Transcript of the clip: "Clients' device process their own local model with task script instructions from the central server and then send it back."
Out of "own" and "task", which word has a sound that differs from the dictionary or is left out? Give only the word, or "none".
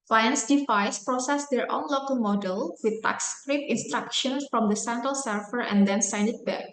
task